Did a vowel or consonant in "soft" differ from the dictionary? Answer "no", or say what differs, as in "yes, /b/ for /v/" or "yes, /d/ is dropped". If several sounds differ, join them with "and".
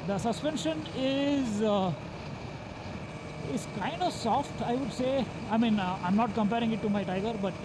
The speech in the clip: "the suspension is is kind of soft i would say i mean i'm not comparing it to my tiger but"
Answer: no